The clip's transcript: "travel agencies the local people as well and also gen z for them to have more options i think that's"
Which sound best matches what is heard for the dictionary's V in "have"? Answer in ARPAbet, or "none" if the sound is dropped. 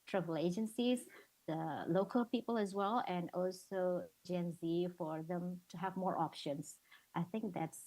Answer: V